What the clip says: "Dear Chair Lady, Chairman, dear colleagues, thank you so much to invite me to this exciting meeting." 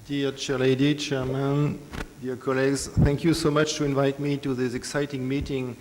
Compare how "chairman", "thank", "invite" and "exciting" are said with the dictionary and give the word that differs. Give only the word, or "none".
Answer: none